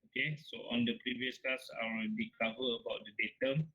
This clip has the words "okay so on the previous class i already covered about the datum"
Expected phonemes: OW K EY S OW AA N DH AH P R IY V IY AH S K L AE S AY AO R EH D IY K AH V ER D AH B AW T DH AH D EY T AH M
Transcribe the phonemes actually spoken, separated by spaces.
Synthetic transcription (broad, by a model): OW K EY S OW AA N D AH P R IY V IY AH S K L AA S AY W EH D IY K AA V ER AH B AW T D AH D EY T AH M